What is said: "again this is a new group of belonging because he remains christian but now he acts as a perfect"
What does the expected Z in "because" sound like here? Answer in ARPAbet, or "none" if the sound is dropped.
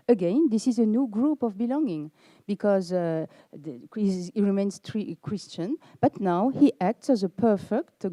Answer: Z